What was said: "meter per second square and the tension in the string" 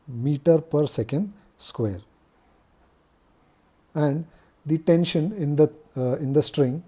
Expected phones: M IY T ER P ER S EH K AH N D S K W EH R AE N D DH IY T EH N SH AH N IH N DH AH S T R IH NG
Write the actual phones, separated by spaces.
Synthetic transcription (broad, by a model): M IY T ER P ER S EH K AH N D S K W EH R AE N D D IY T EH N SH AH N IH N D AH S T R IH NG